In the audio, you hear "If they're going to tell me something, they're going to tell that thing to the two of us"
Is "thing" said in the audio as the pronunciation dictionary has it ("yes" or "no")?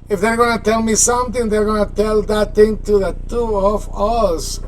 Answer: no